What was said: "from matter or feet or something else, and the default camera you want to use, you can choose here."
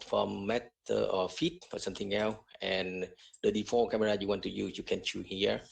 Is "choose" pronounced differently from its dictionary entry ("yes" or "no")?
yes